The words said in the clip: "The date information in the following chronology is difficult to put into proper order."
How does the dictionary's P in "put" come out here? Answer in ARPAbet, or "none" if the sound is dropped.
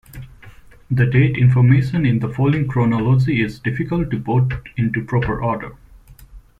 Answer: B